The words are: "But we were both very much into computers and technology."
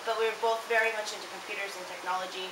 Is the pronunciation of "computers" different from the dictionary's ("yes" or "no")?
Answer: no